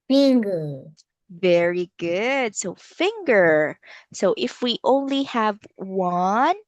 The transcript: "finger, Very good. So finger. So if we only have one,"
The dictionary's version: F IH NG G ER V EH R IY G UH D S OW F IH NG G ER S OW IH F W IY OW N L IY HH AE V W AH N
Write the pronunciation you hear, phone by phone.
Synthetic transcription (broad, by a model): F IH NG G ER V EH R IY G UH D S OW F IH NG G ER S OW IH F W IY OW N L IY HH AE V W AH N